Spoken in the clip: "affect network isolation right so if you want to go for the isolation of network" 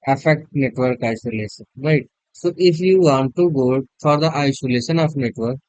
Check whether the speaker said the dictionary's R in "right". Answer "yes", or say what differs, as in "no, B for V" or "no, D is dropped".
yes